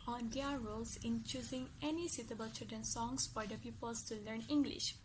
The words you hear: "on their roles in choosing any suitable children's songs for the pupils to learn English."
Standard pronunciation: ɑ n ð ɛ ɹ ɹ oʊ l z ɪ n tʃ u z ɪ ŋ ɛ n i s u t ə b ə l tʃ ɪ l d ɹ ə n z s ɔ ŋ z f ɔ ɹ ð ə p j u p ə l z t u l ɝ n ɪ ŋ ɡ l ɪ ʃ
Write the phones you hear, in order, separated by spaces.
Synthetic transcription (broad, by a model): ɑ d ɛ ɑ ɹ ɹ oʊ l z ɪ n tʃ u z ɪ ŋ ɛ n i s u t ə b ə l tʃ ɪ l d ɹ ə n s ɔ ŋ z f ɔ ɹ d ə p j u p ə l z t u l ɝ n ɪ ŋ ɡ l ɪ ʃ